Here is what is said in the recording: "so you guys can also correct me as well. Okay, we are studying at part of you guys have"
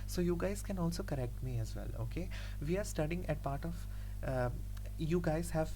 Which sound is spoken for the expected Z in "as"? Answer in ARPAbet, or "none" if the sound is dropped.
Z